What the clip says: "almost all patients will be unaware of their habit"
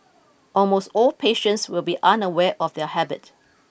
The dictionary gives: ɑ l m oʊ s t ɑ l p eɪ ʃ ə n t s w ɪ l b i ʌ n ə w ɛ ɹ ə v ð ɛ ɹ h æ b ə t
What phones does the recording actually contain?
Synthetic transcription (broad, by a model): ɑ l m oʊ s t ɑ l p eɪ ʃ ə n t s w ɪ l b i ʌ n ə w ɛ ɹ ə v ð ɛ h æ b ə t